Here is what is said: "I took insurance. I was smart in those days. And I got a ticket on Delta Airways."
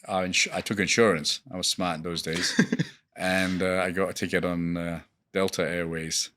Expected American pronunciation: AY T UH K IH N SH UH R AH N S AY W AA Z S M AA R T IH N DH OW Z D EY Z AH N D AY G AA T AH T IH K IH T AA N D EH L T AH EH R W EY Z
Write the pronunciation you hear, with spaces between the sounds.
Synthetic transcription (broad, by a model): AY T UH K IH N SH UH R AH N S AY W AA Z S M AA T IH N DH OW Z D EY Z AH N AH AY G AA T AH T IH K IH T N D EH L T AH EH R W EY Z